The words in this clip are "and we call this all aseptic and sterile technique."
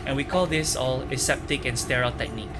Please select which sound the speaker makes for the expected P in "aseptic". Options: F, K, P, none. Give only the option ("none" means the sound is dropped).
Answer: P